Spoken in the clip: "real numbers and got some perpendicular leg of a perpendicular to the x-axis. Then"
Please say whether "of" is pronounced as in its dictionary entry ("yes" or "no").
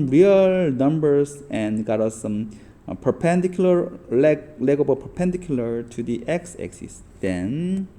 no